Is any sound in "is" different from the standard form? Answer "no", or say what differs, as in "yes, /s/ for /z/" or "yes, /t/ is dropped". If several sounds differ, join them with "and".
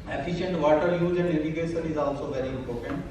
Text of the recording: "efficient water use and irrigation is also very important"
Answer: no